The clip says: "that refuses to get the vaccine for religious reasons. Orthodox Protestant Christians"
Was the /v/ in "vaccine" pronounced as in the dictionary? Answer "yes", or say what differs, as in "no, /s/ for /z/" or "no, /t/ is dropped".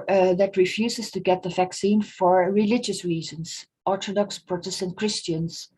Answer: yes